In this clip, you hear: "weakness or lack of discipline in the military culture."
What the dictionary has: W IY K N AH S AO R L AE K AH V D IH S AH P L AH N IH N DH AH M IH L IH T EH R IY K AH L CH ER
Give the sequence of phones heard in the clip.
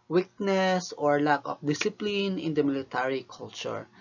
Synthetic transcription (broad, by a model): W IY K N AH S AO R L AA K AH F D IH S AH P L AH N IH N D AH M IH L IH T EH R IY K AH L CH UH